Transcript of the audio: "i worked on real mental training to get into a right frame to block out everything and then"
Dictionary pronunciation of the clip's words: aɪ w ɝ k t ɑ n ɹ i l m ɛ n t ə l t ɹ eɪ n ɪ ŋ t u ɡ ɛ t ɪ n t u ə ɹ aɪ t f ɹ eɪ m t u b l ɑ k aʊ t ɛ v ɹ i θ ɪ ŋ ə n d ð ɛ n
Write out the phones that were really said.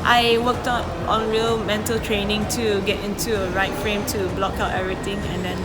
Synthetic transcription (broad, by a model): aɪ w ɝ k t ɑ n ɹ i l m ɛ n t ə l t ɹ eɪ n ɪ ŋ t u ɡ ɛ t ɪ n t u ə ɹ aɪ t f ɹ eɪ m t u b l ɑ k aʊ t ɛ v ɹ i t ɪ ŋ ə n d ɛ n